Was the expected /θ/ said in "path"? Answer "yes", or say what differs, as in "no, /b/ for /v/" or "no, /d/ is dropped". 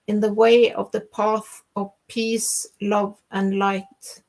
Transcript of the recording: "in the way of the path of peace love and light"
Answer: yes